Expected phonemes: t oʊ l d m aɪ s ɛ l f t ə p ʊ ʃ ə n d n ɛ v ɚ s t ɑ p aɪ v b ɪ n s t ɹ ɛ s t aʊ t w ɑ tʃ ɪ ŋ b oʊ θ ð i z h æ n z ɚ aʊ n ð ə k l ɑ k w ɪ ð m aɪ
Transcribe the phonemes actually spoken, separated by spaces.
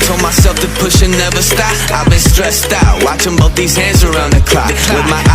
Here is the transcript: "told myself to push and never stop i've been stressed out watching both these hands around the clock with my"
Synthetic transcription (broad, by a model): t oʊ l m aɪ s ɛ l f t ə p ʊ ʃ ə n n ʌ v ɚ s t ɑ aɪ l b ɪ n s t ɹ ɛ s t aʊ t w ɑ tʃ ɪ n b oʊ t ð i z h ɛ z ɚ aʊ n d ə k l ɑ w ɪ ð m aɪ